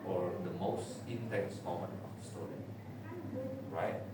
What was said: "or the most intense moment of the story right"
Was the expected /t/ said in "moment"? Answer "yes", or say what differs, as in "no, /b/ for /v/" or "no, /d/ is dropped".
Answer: no, /t/ is dropped